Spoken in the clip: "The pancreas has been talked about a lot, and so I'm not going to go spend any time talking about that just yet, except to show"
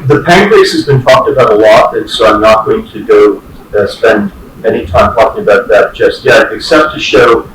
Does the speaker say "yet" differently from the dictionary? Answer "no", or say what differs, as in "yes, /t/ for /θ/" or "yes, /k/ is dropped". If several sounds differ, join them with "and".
yes, /t/ is dropped